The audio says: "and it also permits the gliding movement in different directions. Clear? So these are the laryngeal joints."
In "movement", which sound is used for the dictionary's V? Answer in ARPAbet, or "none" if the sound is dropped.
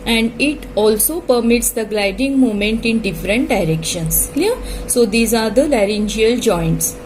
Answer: none